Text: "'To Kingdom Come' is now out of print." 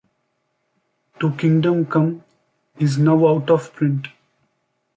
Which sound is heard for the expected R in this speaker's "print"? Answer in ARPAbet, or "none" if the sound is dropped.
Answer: R